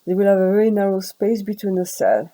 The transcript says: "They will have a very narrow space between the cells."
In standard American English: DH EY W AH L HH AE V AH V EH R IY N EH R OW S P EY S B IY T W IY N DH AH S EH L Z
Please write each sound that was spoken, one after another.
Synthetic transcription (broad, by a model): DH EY W AH L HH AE V AH V EH R IY N EH R OW S P EY S B IY T W IY N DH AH S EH L